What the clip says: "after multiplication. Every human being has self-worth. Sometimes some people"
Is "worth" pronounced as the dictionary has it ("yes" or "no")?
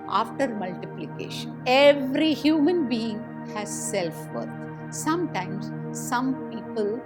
no